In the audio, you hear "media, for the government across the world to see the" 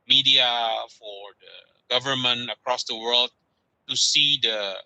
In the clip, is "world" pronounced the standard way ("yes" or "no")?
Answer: yes